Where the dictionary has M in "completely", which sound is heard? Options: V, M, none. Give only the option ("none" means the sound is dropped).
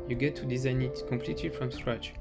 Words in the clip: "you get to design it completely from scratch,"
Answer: M